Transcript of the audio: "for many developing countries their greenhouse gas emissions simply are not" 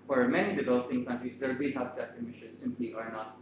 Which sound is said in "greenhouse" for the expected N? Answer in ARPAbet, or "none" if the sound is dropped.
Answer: none